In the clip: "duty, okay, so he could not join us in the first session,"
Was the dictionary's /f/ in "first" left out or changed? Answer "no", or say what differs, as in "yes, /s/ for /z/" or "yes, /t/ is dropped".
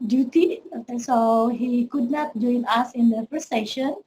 yes, /p/ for /f/